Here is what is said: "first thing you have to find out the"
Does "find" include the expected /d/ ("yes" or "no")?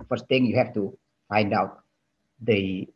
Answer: yes